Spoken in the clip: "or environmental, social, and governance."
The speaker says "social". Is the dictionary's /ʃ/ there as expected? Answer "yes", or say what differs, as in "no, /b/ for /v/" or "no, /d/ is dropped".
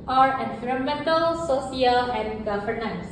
no, /s/ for /ʃ/